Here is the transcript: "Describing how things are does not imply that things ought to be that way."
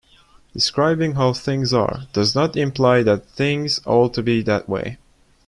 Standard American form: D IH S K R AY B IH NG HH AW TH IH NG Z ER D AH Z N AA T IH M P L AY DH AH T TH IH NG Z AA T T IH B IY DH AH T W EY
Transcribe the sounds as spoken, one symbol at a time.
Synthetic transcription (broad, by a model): D IH S K R AY B IH NG HH AW TH IH NG Z ER D AH Z N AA T IH M P L AY DH AH T TH IH NG Z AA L T IH B IY DH AH T W EY